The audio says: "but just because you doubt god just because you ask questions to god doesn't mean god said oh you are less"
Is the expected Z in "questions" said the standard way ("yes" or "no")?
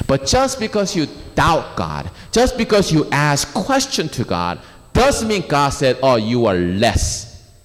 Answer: no